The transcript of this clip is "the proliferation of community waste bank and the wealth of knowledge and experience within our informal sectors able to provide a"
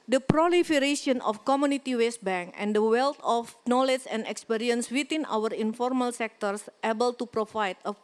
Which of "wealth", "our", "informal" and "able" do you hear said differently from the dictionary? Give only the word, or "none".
wealth